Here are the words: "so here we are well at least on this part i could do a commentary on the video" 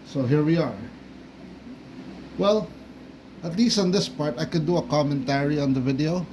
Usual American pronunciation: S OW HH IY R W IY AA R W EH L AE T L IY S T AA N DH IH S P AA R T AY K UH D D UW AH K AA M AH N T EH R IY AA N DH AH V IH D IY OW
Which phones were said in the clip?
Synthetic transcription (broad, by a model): S OW HH IY R W IY AA R W EH L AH T L IY S T AA N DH IH S P AA R T AY K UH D D UW AH K AA M AH N T EH R IY AA N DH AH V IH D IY OW